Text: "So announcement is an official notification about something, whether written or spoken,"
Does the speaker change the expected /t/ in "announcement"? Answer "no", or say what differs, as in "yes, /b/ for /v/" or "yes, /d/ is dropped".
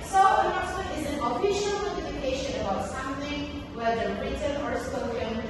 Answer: yes, /t/ is dropped